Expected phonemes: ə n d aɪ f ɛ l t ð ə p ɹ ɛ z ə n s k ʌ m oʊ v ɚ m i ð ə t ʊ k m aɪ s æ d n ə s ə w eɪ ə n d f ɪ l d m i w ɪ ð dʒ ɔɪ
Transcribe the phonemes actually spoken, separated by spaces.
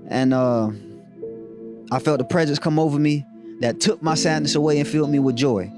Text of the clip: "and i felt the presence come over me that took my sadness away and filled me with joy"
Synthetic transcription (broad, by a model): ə n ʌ aɪ f ɛ l t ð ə p ɹ ɛ z ə n s k ʌ m oʊ v ɚ m i ð ə t ʊ k m aɪ s æ d n ə s ə w eɪ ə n f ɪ l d m i w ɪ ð dʒ ɔɪ